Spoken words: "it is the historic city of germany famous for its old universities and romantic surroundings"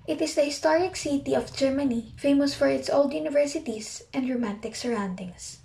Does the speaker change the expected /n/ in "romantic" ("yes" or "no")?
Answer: no